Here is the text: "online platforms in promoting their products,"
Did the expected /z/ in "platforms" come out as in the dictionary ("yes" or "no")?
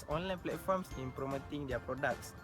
no